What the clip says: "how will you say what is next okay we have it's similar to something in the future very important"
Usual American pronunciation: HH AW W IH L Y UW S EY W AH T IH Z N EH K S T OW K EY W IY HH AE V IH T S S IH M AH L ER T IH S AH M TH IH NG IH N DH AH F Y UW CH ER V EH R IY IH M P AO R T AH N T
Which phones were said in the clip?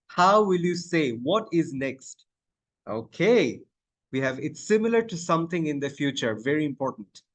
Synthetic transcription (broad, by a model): HH AW W IH L Y UW S EY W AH T IH Z N EH K S T OW K EY W IY HH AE V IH T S S IH M AH L ER T IH S AH M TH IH NG IH N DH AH F Y UW CH ER V EH R IY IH M P AO R T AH N T